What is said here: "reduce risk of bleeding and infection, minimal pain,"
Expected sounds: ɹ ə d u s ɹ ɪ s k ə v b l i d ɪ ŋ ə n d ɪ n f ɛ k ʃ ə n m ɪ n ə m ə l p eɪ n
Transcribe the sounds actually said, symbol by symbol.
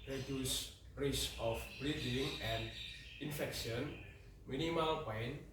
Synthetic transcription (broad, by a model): ɹ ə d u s ɹ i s ə f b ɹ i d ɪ ŋ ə n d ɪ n f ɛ k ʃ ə n m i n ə m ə l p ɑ n